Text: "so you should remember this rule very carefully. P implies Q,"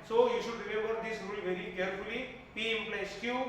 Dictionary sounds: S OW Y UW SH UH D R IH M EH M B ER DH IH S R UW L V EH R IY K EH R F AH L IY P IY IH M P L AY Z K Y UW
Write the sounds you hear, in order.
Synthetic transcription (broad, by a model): S OW Y UW SH UH D R IH M EH M B ER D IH S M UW N V EH R IY K EH R F AH L IY P IY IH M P L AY S K Y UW